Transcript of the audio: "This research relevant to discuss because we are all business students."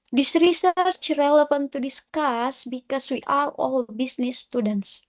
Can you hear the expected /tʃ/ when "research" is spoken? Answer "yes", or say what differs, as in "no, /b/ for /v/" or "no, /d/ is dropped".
yes